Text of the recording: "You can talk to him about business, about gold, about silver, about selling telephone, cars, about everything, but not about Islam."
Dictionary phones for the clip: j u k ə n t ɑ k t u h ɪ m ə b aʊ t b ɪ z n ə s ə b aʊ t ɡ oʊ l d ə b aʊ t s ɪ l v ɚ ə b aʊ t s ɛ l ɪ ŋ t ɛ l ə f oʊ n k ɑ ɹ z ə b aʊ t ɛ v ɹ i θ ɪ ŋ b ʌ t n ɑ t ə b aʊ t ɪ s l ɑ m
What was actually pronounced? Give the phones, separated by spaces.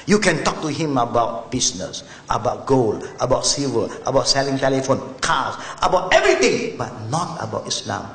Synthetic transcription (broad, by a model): j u k ə n t ɑ k t u h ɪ m ə b aʊ t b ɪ s n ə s ə b aʊ t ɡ oʊ l ə b aʊ t s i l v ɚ ə b aʊ t s ɛ l ɪ ŋ t ɛ l ə f oʊ n k ɑ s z ə b aʊ t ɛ v ɹ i t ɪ ŋ b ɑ t n ɑ t ə b aʊ t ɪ s l ɑ m